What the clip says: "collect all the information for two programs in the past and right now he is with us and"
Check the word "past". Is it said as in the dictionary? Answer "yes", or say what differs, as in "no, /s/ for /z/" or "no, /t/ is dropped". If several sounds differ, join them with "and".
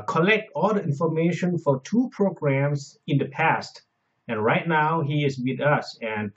yes